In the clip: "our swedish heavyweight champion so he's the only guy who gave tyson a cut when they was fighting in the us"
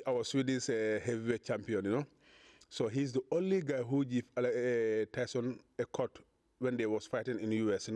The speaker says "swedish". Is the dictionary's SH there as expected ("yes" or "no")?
no